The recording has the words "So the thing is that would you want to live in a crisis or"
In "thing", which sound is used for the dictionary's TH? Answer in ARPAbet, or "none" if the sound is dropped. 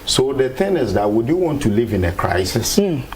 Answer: T